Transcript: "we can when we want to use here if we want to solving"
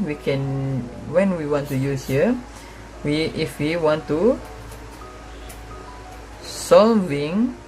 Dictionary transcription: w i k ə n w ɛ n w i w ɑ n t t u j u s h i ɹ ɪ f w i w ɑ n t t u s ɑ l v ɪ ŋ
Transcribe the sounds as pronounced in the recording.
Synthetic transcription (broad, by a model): w i k ə n w ɛ n w i w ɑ n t t u j u s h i w ɪ f w i w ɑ n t t u s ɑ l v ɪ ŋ